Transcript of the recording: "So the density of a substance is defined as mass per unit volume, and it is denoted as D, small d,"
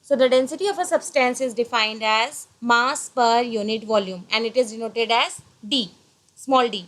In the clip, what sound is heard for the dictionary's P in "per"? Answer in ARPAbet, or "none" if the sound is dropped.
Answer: P